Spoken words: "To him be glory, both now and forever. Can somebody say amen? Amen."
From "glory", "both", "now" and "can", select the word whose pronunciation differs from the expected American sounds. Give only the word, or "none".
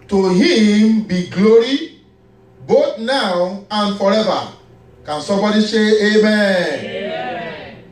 both